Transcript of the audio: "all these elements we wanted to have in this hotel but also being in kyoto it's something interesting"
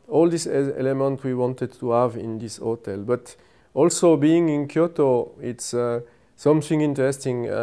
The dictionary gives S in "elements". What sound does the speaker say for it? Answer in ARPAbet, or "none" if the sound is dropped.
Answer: none